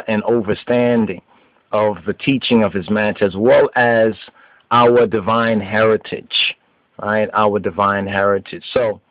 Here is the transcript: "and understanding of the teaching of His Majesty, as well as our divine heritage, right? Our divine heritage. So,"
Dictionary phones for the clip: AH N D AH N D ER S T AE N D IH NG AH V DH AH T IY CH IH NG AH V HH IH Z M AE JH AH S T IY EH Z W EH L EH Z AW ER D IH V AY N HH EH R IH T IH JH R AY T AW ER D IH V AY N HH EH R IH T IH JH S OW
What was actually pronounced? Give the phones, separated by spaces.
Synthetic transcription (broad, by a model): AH N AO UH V ER S T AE N D IH NG AH V DH AH T IY CH IH NG AH V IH Z M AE CH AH Z W EH L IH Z AW ER D IH V AY N HH EH R IH T IH JH R AY T AW ER D IH V AY N HH EH R IH T IH JH S OW